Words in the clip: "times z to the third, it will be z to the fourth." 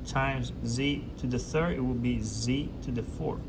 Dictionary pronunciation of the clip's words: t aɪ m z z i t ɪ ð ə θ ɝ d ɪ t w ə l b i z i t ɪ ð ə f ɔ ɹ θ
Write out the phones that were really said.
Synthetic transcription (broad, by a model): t aɪ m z z i t ɪ ð ə θ ɝ d ɪ t w ə l b i z i t ɪ ð ə f ɔ ɹ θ